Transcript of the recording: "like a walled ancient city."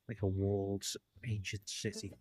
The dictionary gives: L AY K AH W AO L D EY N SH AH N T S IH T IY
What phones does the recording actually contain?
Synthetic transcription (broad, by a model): L AY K AH W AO L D EY N SH AH N T S IH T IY